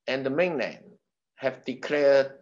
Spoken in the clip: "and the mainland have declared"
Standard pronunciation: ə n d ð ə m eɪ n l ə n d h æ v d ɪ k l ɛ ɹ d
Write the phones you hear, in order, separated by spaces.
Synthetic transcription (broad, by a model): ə n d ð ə m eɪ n n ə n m h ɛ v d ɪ k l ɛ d